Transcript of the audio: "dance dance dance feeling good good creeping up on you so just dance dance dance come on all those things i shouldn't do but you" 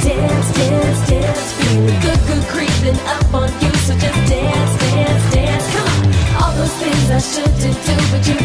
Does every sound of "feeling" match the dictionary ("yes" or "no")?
no